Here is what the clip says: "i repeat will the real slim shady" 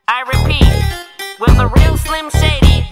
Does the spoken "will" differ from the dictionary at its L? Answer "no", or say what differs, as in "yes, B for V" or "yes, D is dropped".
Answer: yes, N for L